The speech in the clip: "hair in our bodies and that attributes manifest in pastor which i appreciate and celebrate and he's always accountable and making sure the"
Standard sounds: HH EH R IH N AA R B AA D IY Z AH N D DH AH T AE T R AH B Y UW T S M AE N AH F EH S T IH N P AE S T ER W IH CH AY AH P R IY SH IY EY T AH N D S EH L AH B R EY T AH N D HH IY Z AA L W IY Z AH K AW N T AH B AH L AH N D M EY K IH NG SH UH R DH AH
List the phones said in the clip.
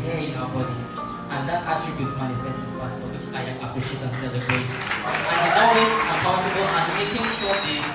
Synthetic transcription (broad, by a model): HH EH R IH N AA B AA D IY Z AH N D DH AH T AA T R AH B Y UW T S M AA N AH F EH S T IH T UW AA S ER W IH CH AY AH P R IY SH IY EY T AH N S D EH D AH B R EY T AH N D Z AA W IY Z AH K AW N T AH B AH L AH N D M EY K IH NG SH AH